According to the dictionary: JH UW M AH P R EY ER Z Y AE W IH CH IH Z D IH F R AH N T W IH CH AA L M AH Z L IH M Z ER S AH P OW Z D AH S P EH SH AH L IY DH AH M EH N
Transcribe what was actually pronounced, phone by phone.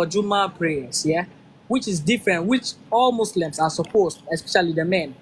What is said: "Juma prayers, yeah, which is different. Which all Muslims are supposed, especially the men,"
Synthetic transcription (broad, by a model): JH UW M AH P R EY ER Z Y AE W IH CH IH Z D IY F R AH N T W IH CH AA L M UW S L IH M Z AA S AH P OW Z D AH S P EH SH AH L IY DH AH M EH N